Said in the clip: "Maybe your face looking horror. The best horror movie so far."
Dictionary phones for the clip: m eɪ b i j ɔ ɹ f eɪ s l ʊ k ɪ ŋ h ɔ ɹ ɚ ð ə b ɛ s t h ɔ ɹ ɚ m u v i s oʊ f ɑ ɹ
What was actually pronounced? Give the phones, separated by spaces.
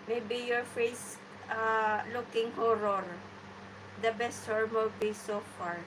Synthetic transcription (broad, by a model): m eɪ b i j ɔ ɹ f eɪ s l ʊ k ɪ ŋ h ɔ ɹ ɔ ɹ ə b ɛ s t h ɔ ɹ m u b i s oʊ f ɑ ɹ